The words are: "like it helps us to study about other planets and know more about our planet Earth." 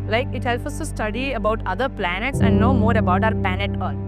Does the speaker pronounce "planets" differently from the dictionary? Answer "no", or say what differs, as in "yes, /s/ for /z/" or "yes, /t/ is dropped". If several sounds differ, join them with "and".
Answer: no